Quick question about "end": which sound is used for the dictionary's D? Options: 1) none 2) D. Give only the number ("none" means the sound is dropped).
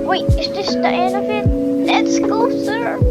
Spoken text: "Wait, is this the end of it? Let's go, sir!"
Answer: 1